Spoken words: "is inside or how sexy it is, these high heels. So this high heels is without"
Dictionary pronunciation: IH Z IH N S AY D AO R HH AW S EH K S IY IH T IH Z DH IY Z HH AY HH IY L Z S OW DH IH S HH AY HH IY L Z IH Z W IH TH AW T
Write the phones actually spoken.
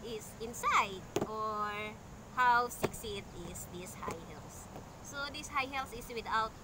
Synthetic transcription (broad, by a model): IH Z IH N S AY D AO R HH AW S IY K S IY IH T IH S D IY S HH AY HH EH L S OW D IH S HH AY HH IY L S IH S W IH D AW T